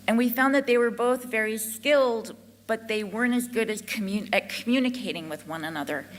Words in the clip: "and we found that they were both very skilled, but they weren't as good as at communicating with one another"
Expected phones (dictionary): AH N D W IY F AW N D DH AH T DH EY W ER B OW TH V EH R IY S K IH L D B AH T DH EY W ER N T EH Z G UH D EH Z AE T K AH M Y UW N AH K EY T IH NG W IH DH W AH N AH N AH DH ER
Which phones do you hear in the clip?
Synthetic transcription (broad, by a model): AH N W IY F AW N DH AH T DH EY W ER B OW TH V EH R IY S K IH L D B AH T DH EY W ER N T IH Z G UH D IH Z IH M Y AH M Y UW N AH K EY T IH NG W IH DH W AH N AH N AH DH ER